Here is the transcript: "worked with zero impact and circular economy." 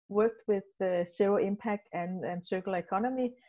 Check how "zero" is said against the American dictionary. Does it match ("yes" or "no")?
no